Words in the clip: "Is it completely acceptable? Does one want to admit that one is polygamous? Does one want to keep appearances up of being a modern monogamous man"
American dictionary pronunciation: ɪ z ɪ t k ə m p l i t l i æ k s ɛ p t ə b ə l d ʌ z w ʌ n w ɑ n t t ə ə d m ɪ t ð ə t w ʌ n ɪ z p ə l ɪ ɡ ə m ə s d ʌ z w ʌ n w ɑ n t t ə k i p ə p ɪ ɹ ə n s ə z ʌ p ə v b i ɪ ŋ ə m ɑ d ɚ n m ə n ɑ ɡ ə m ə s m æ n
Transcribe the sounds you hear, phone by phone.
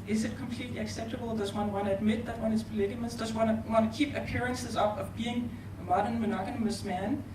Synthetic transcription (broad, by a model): ɪ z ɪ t k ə m p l i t l i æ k s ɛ p t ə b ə l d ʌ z w ʌ n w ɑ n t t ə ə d m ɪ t ð ə t w ʌ n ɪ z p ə l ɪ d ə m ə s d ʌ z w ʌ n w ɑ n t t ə k i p ə p ɪ ɹ ə n s ə z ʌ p ə v b i ɪ ŋ ə m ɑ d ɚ n m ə n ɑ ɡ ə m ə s m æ n